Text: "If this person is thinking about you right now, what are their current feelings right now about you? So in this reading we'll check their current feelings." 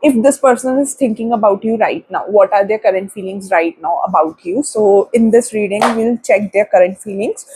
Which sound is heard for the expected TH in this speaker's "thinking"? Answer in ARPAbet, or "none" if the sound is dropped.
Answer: T